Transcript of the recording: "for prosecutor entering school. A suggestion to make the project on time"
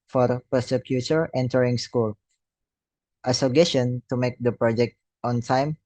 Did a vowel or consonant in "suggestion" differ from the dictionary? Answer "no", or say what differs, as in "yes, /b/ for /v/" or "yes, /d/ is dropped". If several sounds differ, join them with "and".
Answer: yes, /dʒ/ is dropped